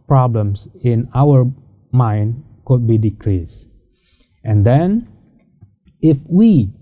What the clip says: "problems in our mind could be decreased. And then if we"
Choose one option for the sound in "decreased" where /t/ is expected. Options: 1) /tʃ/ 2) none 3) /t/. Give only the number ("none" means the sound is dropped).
3